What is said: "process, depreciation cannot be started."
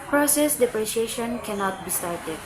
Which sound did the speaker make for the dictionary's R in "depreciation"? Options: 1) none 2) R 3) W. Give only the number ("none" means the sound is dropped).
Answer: 2